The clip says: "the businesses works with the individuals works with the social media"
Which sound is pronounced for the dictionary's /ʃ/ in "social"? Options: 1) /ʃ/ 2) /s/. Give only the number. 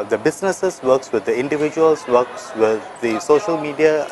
1